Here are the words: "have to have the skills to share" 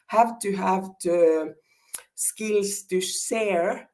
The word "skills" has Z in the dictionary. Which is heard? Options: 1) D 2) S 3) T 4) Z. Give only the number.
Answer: 2